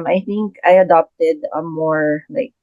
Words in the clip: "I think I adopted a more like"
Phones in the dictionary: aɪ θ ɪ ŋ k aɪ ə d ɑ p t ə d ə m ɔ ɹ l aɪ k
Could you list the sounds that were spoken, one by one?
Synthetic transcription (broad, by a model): aɪ θ ɪ ŋ k aɪ ə d ɑ p t ə d ə m ɔ ɹ l aɪ k